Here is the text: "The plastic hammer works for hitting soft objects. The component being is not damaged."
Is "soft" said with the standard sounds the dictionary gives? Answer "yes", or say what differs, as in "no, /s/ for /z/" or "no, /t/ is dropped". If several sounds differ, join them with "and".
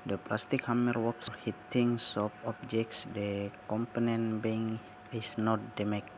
no, /t/ is dropped